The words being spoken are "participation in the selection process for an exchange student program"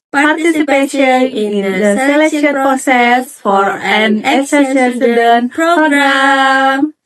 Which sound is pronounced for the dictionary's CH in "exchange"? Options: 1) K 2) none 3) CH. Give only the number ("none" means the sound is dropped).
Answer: 2